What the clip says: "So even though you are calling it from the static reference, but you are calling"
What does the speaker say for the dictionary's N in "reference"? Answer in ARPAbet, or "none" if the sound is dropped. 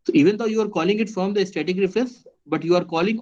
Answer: none